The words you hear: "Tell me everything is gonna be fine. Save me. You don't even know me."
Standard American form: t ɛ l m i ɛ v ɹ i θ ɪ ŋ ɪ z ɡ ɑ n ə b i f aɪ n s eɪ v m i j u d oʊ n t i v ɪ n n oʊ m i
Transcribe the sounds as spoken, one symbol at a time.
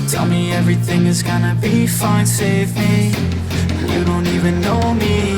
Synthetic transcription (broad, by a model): t ɛ l m i ɛ v ɹ i θ ɪ ŋ ɪ z ɡ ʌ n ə b i f aɪ n s eɪ v m i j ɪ d oʊ n t i v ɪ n n oʊ m i